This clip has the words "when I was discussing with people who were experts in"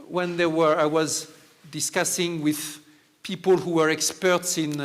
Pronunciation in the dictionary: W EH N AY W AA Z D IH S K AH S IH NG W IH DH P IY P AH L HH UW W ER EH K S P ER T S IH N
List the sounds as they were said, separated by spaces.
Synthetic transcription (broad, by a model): W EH N AY W AA Z D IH S K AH S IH NG W IH DH P IY P AH L HH UW W ER EH K S P ER T S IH N